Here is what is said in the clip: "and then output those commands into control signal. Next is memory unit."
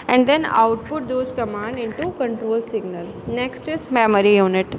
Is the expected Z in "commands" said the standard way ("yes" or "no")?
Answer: no